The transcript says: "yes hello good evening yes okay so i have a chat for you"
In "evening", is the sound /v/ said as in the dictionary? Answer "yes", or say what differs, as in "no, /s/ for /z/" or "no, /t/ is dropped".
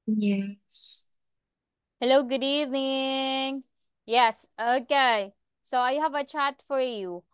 yes